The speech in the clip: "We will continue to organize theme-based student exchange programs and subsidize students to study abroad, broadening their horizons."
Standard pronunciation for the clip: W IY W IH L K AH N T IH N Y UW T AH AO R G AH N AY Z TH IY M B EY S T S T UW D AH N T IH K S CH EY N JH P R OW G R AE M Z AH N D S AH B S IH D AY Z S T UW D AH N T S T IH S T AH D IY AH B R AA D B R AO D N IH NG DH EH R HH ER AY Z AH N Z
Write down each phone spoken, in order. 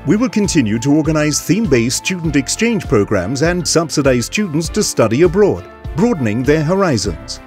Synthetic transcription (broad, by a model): W IY W IH L K AH N T IH N Y UW T AH AO R G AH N AY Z TH IY M B EY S S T UW D N T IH K S CH EY N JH P R OW G R AE M Z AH N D S AH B S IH D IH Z S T UW D N T S T IH S T AH D IY AH B R AA D B R AO D N IH NG DH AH R HH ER AY Z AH N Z